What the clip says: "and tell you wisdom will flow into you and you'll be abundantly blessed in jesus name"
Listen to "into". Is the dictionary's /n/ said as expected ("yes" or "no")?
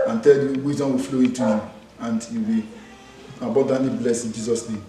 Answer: no